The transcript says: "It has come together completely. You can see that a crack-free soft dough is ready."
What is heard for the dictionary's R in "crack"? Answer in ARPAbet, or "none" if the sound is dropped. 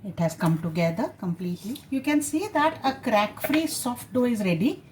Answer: R